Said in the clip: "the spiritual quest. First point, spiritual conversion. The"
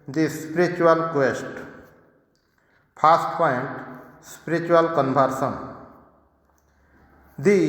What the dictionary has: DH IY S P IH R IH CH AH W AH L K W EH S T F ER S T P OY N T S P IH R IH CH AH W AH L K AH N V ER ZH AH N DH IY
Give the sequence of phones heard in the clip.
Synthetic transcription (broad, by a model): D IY S P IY R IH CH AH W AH L K W EH S T P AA S T P OY N T S P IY R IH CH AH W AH L K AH N B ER S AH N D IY